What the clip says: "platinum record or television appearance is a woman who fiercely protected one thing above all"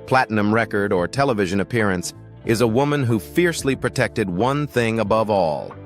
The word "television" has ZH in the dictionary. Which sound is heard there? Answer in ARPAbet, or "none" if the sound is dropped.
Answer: ZH